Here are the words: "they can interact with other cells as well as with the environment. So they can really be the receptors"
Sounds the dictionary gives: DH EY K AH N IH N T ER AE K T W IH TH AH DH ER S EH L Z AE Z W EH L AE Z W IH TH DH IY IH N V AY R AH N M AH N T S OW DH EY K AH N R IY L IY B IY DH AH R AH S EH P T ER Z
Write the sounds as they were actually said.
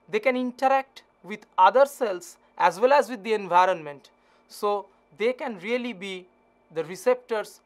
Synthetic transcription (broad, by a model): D EY K AH N IH N T ER AE K T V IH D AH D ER S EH L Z AE Z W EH L AE Z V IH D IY IH N V AY R AH N M AH N T S OW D EY K AH N R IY L IY B IY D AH R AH S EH P T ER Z